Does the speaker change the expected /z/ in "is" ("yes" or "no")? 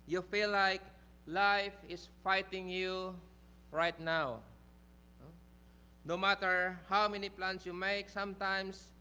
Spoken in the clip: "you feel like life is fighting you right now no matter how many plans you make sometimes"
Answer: yes